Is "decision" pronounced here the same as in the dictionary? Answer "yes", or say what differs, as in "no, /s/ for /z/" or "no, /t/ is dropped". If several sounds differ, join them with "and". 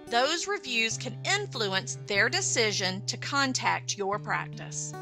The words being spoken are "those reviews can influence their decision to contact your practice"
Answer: yes